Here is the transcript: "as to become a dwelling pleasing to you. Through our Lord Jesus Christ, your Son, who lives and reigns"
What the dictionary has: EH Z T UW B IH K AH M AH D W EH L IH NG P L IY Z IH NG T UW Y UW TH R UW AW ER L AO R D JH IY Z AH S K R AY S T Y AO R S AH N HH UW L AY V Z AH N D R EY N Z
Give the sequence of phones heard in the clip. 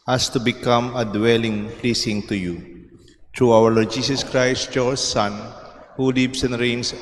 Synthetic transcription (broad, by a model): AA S T UW B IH K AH M AH D W EH L IH NG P L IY S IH NG T UW Y UW T R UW AW ER L AO R D JH IY S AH S K R AY S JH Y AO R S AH N HH UW L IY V S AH N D R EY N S